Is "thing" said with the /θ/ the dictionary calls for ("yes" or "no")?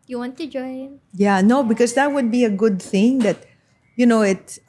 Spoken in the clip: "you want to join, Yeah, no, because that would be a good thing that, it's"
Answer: yes